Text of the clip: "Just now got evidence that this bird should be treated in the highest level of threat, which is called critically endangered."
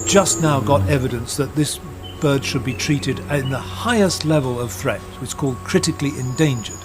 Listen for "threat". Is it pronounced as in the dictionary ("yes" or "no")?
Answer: yes